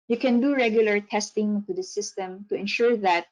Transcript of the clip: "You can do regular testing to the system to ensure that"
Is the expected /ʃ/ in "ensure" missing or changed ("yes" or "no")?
no